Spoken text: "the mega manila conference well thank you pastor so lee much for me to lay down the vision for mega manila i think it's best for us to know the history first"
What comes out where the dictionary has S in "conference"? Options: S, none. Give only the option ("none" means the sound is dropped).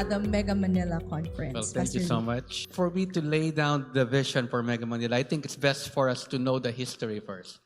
none